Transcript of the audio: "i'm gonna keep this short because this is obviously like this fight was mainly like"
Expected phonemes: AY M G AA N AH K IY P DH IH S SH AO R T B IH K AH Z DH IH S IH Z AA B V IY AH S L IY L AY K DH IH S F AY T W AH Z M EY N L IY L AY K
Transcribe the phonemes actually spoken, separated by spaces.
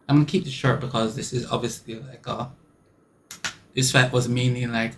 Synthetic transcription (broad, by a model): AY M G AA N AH K IY P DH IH SH AO R T B IH K AH Z DH IH S IH Z AA B V IY AH S L IY L AY K DH IH S F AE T W AH Z M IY N IY L AY K